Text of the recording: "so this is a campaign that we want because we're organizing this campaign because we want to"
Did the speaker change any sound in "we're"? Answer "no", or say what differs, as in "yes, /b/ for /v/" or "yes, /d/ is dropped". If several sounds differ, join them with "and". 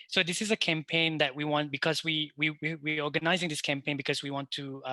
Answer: yes, /w/ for /ɹ/